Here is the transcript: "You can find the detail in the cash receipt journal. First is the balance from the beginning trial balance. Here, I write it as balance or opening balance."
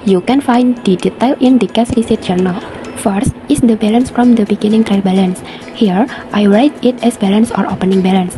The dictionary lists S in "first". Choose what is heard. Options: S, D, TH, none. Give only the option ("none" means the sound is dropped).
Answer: S